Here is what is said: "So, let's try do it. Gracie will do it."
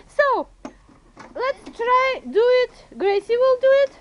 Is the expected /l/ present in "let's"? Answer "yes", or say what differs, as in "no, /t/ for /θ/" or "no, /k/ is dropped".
yes